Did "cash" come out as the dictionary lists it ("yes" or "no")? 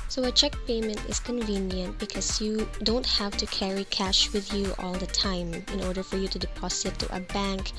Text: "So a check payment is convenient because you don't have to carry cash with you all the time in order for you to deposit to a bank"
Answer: yes